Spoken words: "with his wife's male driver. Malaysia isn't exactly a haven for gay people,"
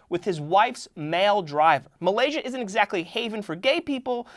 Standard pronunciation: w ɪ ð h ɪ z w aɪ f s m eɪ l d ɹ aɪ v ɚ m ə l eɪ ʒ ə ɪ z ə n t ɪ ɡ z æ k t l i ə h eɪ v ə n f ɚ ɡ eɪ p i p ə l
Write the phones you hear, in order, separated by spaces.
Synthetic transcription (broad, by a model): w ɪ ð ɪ z w aɪ f s m eɪ l d ɹ aɪ v ɚ m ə l eɪ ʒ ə ɪ z ə n t ɪ ɡ z æ k t l i h eɪ v ə n f ɚ ɡ eɪ p i p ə l